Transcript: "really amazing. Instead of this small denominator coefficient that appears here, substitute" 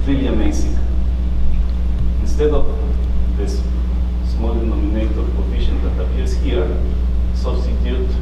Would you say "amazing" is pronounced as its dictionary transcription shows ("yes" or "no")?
no